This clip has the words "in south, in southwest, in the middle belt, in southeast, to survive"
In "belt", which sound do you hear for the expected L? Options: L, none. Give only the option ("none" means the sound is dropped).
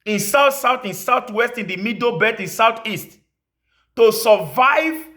none